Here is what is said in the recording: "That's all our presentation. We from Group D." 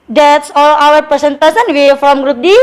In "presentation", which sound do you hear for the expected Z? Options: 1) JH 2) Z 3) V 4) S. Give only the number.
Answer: 4